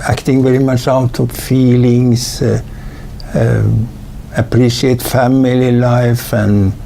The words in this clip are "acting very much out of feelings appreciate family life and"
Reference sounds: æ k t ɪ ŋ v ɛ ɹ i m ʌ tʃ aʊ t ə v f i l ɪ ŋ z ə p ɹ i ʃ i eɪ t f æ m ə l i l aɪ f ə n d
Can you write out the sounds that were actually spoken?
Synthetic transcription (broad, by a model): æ k t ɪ ŋ v ɛ ɹ i m ʌ tʃ aʊ t ə v f i l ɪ ŋ s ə p ɹ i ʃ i eɪ t f æ m ə l i l aɪ f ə n